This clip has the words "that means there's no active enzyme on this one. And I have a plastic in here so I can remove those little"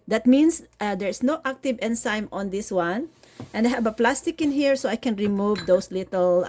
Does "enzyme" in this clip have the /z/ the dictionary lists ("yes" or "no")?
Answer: no